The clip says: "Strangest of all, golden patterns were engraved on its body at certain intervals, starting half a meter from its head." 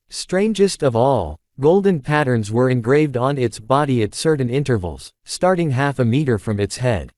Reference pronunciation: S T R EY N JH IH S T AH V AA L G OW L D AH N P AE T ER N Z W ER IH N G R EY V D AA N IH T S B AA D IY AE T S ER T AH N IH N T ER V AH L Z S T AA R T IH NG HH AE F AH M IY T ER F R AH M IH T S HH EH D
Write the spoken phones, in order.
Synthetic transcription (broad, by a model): S T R EY N JH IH S T AH V AA L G OW L D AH N P AE T ER N Z W ER IH N G R EY V D N IH T S B AA D IY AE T S ER T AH N IH N T ER V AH L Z S T AA R T IH NG HH AE F AH M IY T ER F R AH M IH T S HH EH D